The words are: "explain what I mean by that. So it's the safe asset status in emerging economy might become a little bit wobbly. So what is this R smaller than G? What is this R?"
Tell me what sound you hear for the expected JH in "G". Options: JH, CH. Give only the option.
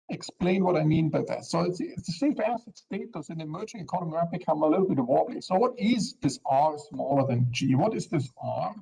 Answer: JH